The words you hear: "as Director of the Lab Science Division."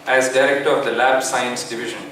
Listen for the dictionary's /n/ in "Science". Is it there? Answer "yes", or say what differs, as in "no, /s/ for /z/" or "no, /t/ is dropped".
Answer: yes